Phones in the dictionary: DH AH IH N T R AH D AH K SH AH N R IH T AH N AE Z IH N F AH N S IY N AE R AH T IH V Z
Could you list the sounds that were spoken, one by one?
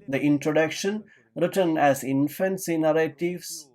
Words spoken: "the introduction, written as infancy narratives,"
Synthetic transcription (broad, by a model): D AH IH N T R AH D AH K SH AH N R IH T AH N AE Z IH N F AH N S IY N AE R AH T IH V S